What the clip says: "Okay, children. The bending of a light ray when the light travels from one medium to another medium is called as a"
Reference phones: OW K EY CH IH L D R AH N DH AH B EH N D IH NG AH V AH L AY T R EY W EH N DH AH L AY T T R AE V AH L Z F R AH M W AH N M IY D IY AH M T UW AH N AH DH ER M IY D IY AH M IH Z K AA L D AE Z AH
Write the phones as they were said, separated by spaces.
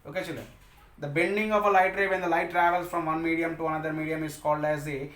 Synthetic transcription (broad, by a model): OW K EY CH IH L D R AH N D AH B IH L D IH NG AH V AH L AY T R EY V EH N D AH L AY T T R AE V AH L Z F R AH M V AH N M IY D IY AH M T UW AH N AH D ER M IY D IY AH M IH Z K AA L D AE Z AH